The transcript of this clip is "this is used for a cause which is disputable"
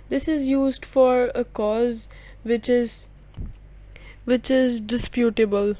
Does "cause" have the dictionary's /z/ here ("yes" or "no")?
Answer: yes